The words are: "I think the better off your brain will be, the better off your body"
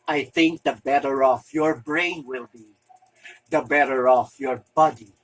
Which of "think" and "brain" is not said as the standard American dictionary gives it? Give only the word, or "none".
none